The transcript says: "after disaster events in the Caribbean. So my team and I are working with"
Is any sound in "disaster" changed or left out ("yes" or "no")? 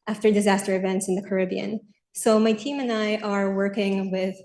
no